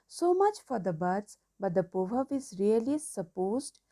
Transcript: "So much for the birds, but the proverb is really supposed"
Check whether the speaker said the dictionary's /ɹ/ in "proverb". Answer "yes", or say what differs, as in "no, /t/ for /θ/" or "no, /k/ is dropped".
no, /ɹ/ is dropped